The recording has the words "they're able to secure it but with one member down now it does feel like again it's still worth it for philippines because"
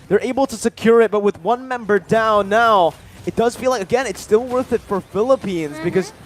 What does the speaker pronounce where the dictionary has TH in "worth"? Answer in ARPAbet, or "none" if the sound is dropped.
TH